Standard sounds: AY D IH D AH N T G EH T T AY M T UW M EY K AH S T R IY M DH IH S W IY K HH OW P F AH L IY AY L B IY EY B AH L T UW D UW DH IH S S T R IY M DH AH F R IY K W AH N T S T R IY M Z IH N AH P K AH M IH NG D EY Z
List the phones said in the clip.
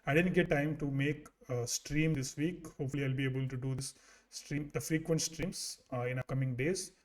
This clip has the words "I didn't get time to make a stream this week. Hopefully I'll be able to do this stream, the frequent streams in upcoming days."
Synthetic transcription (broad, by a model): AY D IH D AH N T G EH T T AY M T UW M EY K S T R IY M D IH S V IY K HH OW P F AH L IY AY L B IY EY B AH L T UW D UW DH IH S S T R IY M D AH F R IY K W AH N T S T R IY M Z IH N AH K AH M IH NG D EY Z